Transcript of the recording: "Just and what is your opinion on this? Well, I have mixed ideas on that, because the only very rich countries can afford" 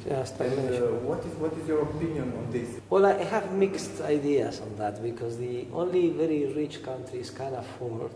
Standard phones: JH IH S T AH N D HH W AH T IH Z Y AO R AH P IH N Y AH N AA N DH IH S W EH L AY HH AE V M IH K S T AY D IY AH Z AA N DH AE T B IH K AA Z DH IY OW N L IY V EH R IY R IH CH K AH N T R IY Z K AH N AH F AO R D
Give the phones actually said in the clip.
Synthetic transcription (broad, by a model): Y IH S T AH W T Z W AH T IH Z Y AO R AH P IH N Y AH N AA N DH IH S W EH L AY HH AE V M IH K S T AY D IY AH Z AA N DH AE T B IH K AA Z DH IY OW N L IY V EH R IY R IH CH K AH N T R IY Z K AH N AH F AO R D